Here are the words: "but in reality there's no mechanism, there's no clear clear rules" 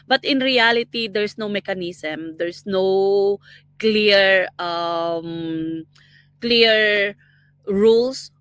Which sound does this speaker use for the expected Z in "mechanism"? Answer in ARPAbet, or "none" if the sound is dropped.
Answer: S